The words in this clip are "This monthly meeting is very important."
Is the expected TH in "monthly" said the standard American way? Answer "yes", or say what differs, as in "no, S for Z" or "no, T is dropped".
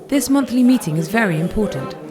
yes